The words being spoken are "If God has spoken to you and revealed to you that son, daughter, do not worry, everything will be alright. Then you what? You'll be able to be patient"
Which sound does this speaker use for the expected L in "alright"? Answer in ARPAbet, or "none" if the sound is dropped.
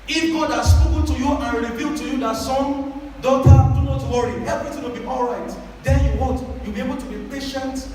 L